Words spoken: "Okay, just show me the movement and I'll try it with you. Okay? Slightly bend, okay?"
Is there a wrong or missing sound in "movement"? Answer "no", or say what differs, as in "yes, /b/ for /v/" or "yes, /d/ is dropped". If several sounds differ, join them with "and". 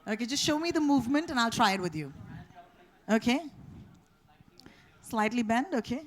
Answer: no